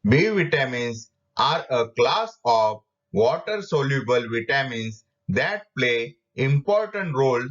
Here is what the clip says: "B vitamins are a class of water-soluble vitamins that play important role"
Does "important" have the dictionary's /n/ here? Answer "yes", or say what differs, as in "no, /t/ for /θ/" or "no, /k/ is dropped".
yes